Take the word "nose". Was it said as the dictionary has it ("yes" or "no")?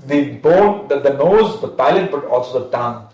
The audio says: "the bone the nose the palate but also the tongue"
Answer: yes